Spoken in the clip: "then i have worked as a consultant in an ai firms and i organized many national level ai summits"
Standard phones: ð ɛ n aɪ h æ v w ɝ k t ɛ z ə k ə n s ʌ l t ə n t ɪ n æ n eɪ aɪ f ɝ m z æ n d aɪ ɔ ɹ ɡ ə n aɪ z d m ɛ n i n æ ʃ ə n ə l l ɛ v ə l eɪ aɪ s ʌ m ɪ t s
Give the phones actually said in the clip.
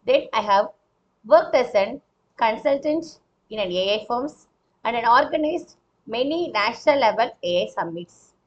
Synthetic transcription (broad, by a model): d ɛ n aɪ h æ v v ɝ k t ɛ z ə k ə n s ʌ l t ə n t ɪ n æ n eɪ aɪ f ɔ m s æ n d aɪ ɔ ɹ ɡ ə n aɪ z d m ɛ n i n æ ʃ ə n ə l l ɛ v ə l eɪ aɪ s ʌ m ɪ t s